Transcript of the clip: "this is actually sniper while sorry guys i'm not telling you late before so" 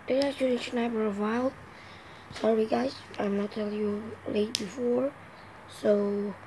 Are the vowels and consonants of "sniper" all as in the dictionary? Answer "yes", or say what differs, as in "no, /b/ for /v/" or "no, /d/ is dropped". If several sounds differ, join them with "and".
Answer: no, /b/ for /p/